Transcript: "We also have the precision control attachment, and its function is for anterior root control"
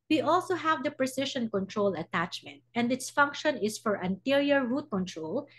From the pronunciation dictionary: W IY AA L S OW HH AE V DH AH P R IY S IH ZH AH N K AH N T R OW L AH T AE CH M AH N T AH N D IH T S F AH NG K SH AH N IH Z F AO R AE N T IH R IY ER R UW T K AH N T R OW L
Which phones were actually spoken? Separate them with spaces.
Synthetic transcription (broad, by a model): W IY AA L S OW HH AE V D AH P R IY S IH SH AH N K AH N T R OW L AH T AE CH M AH N T AH N D IH T S F AH NG K SH AH N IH S F AO R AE N T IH R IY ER R UW T K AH N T R OW L